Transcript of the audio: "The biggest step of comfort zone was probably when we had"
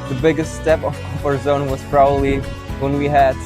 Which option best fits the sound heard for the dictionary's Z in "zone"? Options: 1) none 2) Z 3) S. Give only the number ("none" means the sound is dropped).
2